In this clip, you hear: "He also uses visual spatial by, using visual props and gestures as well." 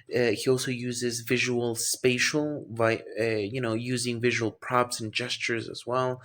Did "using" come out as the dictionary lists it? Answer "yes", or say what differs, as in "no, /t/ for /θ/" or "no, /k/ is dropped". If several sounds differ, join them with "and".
yes